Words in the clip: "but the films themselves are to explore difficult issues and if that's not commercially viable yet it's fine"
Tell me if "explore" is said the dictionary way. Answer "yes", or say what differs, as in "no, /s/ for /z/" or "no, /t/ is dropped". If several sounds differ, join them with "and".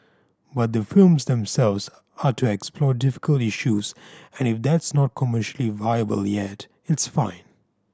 yes